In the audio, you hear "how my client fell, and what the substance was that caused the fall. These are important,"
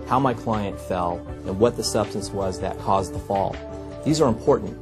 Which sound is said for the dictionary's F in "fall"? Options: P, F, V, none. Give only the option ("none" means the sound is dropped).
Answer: F